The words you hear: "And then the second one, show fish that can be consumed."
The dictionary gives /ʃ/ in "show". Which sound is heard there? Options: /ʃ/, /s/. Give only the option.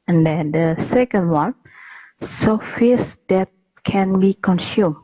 /s/